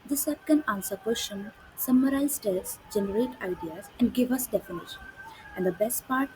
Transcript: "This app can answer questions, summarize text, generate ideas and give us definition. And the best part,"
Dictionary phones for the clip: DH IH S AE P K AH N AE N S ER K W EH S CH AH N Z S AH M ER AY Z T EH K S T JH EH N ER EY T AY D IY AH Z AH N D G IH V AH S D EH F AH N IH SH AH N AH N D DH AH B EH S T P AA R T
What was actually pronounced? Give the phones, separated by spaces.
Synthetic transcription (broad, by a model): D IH S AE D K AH N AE N S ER K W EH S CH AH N S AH M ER AY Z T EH S JH EH N ER EY T AY D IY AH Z AH N D G IH V AH S D EH F AH N IH SH AH N AH N D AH B EH S T P AA R T